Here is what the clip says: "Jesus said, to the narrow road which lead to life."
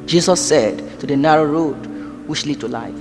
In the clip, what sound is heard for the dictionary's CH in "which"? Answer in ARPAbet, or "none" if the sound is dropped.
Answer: SH